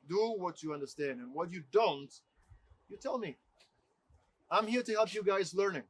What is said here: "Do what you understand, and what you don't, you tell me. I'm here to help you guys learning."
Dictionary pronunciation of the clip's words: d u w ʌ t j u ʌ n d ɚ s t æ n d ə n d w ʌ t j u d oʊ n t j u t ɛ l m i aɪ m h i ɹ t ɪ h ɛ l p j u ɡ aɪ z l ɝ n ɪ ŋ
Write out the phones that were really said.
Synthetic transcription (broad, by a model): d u w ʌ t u ʌ n d ɚ s t æ n d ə n w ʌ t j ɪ d oʊ n t j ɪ t ɛ l m i aɪ m h i ɹ t ɪ h ɛ l p j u ɡ aɪ z l ɝ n ɪ ŋ